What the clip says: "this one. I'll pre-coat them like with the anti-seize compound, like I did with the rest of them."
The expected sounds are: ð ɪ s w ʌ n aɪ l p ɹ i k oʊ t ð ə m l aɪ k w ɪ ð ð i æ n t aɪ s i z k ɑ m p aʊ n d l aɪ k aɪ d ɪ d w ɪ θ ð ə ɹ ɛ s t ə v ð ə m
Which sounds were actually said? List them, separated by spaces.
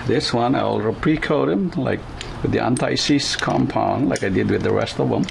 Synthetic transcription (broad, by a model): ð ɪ s w ʌ n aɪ l p ɹ i k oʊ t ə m l aɪ k w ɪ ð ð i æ n t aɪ s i s k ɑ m p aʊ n l aɪ k aɪ d ɪ d w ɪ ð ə ɹ ɛ s t ə v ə m